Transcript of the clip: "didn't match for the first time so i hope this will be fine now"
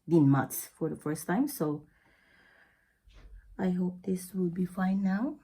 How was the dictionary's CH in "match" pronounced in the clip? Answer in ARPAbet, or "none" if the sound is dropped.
S